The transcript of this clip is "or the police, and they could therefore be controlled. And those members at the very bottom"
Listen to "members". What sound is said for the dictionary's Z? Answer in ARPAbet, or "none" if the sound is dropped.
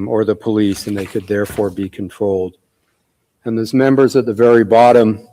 Z